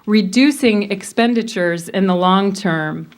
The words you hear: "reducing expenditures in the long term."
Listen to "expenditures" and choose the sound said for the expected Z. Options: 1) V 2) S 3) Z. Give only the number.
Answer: 3